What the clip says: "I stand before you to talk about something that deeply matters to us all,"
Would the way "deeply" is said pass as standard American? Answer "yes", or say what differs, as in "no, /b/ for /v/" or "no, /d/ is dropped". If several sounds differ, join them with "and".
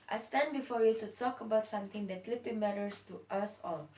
no, /l/ is dropped